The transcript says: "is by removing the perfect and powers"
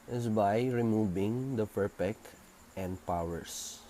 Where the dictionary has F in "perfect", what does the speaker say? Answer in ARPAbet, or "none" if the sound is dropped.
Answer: P